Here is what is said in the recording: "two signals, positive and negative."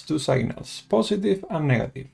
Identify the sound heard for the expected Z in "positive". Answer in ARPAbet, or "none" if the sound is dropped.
S